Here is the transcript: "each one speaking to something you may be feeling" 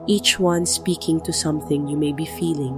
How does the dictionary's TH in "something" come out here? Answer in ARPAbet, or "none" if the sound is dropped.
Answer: TH